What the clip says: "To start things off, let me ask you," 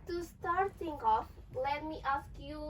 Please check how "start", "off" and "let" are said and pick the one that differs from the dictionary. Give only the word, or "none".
none